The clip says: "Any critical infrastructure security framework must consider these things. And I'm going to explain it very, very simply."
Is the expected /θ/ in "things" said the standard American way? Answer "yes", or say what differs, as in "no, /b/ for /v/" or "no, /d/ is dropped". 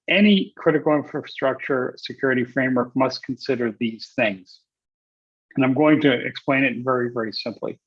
yes